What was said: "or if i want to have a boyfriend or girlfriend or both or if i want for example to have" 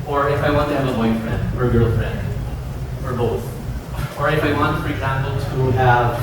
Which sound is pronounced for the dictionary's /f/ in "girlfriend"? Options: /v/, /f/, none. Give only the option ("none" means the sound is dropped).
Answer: none